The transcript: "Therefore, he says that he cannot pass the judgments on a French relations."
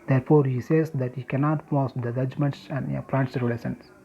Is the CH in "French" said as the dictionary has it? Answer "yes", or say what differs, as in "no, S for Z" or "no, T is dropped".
no, S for CH